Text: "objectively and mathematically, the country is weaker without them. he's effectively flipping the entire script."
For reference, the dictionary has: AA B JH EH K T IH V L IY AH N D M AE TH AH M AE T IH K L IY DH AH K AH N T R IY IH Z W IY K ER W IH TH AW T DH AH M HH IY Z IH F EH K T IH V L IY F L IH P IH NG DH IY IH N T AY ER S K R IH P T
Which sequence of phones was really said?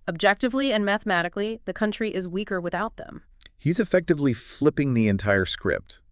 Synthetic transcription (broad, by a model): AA B JH EH K T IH V L IY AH N M AE TH AH M AE T IH K L IY DH AH K AH N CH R IY IH Z W IY K ER W IH TH AW T DH AH M HH IY Z IH F EH K T IH V L IY F L IH P IH NG DH IY IH N T AY ER S K R IH P T